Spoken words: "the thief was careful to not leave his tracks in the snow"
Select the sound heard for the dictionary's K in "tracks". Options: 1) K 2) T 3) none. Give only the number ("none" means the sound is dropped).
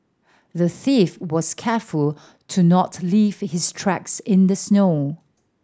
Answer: 1